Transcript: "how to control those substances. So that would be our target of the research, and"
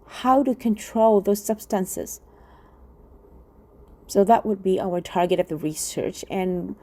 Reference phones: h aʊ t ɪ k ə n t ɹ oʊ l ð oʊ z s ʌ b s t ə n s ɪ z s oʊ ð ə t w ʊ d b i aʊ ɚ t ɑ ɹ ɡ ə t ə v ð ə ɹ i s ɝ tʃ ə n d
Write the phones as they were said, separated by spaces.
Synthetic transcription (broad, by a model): h aʊ t ɪ k ə n t ɹ oʊ l ð oʊ z s ʌ b s t ə n s ɪ z s oʊ ð ə t w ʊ d b i aʊ ɚ t ɑ ɹ ɡ ə t ə v ð ə ɹ i s ɝ tʃ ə n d